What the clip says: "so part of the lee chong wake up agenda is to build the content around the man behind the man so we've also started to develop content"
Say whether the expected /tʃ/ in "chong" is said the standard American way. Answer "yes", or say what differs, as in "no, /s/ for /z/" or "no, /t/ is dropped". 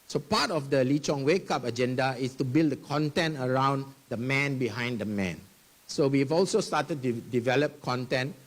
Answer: yes